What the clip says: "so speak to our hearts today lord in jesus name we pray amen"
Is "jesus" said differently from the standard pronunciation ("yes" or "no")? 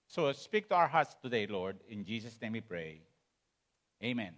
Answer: yes